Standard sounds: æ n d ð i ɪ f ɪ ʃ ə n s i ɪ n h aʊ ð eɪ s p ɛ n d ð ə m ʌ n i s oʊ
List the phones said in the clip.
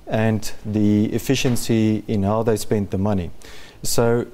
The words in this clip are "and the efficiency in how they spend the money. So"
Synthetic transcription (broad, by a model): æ n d ð i ɪ f ɪ ʃ ə n s i ɪ n h aʊ ð eɪ s p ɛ n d ð ə m ʌ n i s oʊ